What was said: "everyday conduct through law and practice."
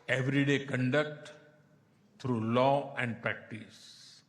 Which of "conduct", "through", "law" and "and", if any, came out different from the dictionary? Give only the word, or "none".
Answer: through